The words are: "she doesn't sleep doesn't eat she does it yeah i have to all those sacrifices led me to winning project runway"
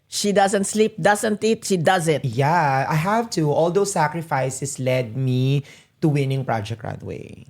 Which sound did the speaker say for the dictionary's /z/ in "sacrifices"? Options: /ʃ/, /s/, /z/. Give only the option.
/s/